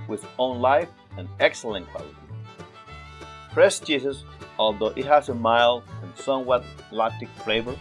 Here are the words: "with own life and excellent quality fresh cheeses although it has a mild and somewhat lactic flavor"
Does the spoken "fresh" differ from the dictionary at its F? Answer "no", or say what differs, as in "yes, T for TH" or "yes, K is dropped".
yes, P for F